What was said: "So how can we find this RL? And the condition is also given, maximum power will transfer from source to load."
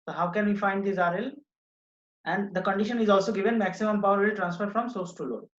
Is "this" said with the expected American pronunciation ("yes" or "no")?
no